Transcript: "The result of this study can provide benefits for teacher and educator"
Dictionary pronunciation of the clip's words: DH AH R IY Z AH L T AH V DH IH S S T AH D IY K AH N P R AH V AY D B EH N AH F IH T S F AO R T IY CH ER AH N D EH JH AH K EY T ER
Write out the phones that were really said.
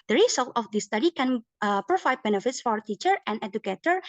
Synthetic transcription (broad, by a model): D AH R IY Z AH L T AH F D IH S S T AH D IY K AH N P R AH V AY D B EH N AH F IH T S F AO R T IY CH ER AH N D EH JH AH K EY T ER